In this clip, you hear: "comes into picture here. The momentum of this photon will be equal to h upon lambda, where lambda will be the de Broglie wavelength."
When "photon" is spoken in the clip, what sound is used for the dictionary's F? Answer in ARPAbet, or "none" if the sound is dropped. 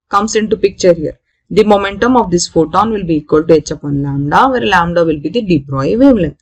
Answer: F